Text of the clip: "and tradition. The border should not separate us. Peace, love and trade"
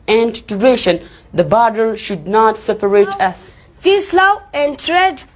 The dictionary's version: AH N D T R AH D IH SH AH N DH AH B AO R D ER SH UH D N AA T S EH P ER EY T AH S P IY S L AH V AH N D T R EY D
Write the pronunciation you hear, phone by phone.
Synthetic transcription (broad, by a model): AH N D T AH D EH SH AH N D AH B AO R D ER SH UH D N AA T S EH P ER EY T AH S F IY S L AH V AH N D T R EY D